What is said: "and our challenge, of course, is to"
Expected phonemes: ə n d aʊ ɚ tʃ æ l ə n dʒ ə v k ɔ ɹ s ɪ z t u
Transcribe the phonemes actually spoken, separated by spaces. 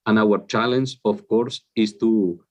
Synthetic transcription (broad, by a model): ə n aʊ ɚ tʃ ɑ l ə n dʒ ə f k ɔ ɹ s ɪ s t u